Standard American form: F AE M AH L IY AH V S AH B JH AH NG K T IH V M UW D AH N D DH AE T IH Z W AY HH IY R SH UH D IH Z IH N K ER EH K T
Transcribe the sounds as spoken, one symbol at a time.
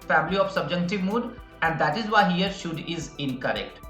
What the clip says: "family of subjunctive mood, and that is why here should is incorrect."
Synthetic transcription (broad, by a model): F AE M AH L IY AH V S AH B JH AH K T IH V M UW D AH N D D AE T IH Z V AY HH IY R SH UH D IH Z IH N K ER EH K T